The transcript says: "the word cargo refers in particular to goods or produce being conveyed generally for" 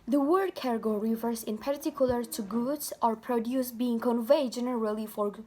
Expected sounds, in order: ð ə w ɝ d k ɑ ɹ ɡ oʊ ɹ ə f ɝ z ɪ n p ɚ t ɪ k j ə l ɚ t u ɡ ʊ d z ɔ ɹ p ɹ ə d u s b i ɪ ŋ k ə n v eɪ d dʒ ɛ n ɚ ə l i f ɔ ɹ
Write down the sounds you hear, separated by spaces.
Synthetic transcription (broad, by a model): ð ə w ɝ d k ɑ ɹ ɡ oʊ ɹ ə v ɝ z ɪ n p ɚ t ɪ k j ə l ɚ t u ɡ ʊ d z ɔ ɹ p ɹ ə d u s b i ɪ ŋ k ə n v eɪ d dʒ ɛ n ɚ ə l i f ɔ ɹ